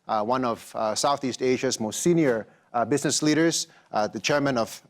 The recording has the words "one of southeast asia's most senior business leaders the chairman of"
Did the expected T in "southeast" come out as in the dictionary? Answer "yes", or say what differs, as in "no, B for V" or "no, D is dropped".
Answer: yes